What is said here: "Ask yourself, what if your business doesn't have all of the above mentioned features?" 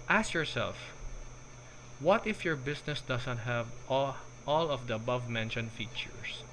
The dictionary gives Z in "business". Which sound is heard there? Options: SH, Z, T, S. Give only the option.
S